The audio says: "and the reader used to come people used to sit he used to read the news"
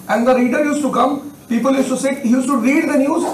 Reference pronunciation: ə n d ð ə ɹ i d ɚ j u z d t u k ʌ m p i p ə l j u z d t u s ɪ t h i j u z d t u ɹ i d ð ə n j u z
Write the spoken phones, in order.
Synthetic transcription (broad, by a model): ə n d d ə ɹ i d ɚ j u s t u k ʌ m p i p ə l j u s t u s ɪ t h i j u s t u ɹ i d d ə n j u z